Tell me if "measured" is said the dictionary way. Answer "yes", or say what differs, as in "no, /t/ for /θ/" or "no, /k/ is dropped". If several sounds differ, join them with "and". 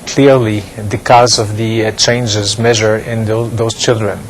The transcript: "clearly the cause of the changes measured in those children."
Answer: no, /d/ is dropped